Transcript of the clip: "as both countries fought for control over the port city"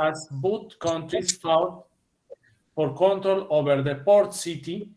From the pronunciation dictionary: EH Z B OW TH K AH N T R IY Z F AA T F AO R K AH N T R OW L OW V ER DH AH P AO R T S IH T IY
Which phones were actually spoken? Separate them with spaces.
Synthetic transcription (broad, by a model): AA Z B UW T K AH N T R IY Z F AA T F AO R K AH N T R OW L OW V ER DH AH P AO R T S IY T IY